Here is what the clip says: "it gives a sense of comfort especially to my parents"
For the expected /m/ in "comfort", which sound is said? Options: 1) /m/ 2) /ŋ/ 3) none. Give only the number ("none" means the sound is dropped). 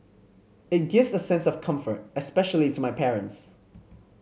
1